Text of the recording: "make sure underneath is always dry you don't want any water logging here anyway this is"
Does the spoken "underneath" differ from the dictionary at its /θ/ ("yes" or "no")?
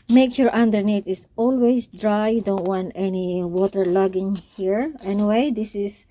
yes